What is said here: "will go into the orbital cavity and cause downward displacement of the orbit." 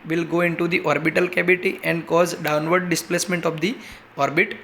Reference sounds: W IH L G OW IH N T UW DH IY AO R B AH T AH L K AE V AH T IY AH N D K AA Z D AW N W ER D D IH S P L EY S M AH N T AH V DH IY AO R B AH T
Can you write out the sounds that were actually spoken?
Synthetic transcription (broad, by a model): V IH L G OW IH N T UW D IY AO R B AH T AH L K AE B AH T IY AH N D K AA Z D AW N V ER D D IH S P L EY S M AH N T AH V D IY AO R B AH T